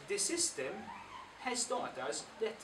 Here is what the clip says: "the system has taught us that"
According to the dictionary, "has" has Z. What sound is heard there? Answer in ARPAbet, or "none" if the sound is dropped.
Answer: S